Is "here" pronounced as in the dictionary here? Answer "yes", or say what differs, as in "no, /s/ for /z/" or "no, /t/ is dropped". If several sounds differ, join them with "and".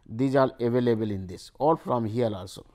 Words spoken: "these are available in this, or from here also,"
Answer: no, /l/ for /ɹ/